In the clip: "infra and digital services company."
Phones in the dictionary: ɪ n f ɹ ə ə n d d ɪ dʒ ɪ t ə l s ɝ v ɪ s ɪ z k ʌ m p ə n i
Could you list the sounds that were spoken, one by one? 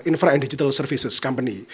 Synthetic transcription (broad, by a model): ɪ n f ɹ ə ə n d d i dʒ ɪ t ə l s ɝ f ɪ s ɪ s k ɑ m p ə n i